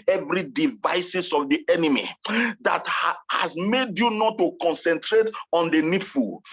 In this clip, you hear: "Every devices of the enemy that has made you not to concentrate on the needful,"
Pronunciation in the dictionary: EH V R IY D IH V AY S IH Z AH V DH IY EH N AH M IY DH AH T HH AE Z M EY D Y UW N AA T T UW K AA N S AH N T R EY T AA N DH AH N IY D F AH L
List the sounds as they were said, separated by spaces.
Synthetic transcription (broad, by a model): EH V R IY D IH V AY S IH S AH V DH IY EH N AH M IY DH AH T HH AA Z M EY D Y UW N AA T T UW K AA N S AH N T R EY T AA N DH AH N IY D F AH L